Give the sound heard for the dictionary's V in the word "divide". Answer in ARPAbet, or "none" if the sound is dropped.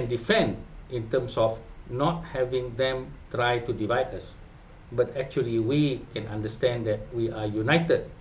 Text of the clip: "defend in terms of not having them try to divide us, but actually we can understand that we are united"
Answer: V